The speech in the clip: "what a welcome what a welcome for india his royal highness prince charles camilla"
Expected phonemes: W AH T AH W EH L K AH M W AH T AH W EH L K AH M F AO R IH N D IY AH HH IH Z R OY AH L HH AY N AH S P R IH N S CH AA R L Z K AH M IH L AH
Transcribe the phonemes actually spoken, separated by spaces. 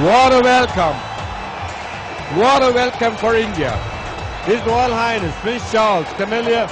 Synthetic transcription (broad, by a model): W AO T AH W EH L K AH M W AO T AH W EH L K AH M F AO R IH N D IY AH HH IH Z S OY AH L HH AY N AH S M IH S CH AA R L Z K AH M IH L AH